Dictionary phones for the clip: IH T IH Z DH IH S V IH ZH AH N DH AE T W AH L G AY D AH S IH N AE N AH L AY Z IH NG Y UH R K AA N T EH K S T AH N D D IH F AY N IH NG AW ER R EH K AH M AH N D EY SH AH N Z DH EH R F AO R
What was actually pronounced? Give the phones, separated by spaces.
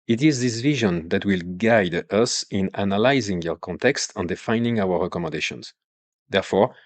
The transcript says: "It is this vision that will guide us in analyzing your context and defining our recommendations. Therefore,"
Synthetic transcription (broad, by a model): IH T IH Z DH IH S V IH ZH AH N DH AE T W AH L G AY D AH S IH N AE N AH L AY Z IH NG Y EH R K AA N T EH K S T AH N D D IH F AY N IH NG AW ER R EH K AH M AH N D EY SH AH N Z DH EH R F AO R